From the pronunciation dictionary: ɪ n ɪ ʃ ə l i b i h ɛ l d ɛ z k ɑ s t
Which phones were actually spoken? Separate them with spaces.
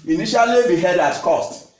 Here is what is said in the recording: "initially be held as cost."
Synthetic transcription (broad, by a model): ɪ n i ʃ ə l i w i h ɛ d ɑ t k ɑ s t